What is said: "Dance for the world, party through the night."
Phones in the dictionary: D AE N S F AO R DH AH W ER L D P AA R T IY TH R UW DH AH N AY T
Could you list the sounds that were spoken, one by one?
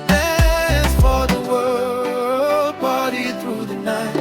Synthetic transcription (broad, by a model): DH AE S F AO R DH AH W ER L D B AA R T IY TH R UW DH AH N AY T